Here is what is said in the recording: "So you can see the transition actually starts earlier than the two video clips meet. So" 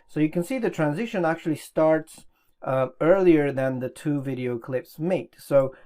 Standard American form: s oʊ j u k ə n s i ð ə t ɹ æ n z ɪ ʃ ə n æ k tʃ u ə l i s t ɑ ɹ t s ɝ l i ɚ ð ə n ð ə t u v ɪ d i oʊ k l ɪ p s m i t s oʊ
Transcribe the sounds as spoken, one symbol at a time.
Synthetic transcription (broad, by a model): s oʊ j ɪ k ə n s i ð ə t ɹ æ n z ɪ ʃ ə n æ k tʃ u ə l i s t ɑ ɹ t s ɝ l i ɚ ð ə n ð ə t u v ɪ d i oʊ k l ɪ p s m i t s oʊ